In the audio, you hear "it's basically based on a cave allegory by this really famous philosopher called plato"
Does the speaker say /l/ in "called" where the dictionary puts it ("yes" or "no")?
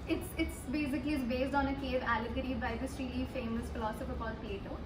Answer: no